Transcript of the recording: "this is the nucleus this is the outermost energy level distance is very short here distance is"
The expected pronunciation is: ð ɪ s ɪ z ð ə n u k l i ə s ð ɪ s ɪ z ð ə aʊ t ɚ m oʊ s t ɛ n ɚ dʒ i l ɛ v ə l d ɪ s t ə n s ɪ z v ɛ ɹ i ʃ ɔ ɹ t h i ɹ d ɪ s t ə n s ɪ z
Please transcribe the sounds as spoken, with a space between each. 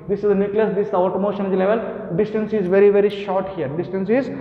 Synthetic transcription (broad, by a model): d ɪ s ɪ z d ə n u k l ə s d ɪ s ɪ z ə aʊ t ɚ m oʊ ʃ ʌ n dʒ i l ɛ v ə l d ɪ s t ə n s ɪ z v ɛ ɹ i ʃ ɔ ɹ t h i ɹ d ɪ s t ə n s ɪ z